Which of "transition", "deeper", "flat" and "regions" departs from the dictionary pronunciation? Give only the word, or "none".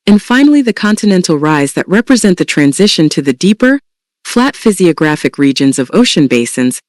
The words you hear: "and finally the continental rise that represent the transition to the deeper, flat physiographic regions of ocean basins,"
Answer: none